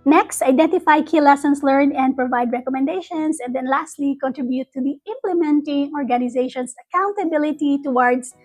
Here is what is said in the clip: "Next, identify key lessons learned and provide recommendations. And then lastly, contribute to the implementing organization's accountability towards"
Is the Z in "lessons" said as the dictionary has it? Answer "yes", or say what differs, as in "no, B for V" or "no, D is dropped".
no, S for Z